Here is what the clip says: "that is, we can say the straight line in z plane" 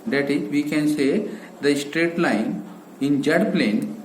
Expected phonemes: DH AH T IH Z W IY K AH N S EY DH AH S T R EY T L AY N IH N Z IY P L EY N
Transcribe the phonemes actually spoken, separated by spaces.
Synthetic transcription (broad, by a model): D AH T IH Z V IY K AH N S EY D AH S T R EY T L AY N IH N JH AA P L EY N